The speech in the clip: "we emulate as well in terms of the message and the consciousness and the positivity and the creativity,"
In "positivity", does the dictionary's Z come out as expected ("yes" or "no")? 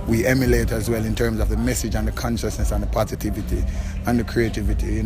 yes